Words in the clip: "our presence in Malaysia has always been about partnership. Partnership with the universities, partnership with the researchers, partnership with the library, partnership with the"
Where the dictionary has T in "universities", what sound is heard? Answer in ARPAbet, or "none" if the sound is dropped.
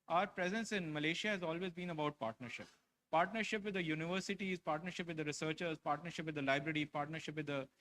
T